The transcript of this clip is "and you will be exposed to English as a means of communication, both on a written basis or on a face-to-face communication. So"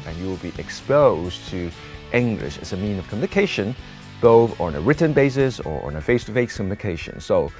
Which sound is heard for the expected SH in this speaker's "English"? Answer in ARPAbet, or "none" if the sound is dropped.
SH